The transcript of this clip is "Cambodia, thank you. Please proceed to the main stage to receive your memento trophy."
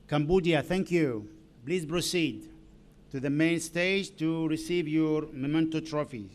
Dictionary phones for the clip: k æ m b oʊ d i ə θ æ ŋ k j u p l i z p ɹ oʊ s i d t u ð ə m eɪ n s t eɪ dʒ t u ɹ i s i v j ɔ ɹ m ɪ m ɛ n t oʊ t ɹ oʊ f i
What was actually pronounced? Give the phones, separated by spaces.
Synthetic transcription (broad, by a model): k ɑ m b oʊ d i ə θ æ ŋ k j u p l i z p ɹ oʊ s i d t u ð ə m eɪ n s t eɪ dʒ t u ɹ i s i v j ɔ ɹ m ɪ m ɛ n t oʊ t ɹ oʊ f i